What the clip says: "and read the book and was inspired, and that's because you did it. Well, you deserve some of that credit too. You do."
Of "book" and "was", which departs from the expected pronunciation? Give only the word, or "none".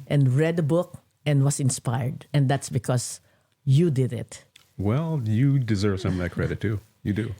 was